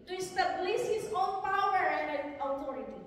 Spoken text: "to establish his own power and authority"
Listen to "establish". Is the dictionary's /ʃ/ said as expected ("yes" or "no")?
no